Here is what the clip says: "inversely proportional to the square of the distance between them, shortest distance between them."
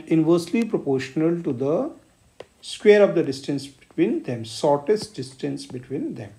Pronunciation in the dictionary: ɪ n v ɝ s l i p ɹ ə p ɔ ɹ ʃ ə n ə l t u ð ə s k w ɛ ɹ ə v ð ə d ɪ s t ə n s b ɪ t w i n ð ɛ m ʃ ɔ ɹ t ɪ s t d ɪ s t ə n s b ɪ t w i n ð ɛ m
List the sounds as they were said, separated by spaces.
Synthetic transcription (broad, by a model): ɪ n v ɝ s l i p ɹ ə p ɔ ɹ ʃ ə n ə l t u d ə s k w ɛ ɹ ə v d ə d ɪ s t ə n s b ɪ t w i n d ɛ m s ɔ ɹ t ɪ s t d ɪ s t ə n s b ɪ t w i n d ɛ m